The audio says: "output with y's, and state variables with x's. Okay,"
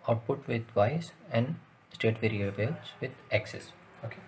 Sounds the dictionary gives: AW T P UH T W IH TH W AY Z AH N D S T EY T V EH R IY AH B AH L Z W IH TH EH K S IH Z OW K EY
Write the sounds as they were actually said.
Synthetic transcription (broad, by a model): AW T P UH T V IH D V AY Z AH N D S T EY T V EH R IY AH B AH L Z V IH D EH K S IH S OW K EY